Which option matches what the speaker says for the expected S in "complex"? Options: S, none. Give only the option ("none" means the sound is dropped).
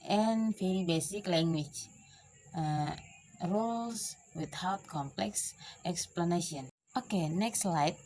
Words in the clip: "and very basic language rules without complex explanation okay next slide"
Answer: S